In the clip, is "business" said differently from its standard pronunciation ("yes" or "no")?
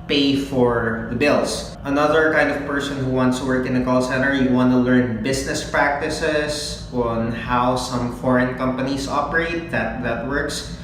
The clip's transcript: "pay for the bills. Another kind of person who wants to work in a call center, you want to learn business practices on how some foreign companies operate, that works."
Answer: yes